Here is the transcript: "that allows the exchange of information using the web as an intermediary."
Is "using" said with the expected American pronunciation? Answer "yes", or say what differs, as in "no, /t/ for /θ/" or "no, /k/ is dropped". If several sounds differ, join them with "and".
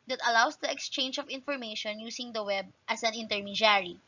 no, /s/ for /z/